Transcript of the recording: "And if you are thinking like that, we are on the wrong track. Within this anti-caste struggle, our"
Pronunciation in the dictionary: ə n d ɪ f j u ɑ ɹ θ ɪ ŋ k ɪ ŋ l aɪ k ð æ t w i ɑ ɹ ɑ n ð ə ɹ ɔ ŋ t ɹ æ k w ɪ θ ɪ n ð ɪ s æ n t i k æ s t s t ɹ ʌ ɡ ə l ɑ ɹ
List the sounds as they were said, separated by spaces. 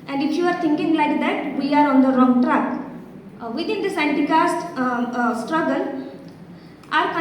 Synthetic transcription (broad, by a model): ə n d ɪ f j u ɑ ɹ t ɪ ŋ k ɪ ŋ l aɪ k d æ t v i ɑ ɹ ɑ n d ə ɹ ɔ ŋ t ɹ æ k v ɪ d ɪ n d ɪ s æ n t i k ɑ s t s t ɹ ʌ ɡ ə l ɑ ɹ